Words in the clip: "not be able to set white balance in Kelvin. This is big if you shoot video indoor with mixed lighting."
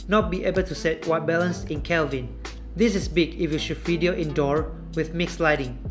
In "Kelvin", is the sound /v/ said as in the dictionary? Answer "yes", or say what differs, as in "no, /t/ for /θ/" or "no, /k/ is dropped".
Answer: yes